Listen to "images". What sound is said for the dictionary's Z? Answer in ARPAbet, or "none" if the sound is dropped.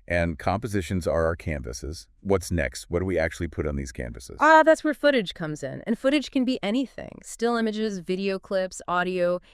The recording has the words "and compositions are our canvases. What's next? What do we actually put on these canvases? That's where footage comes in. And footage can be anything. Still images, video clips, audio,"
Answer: Z